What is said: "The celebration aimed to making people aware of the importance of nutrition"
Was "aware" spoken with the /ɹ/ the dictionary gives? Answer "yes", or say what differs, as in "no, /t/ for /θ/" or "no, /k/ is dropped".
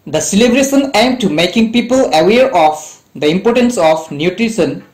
yes